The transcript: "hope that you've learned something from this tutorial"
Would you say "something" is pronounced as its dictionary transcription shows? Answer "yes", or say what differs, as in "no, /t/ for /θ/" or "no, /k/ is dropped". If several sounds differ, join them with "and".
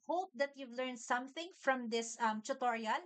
yes